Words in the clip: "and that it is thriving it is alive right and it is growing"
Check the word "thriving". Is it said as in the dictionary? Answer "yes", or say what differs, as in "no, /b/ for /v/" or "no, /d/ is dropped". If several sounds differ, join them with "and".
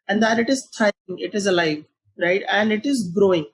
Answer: no, /v/ is dropped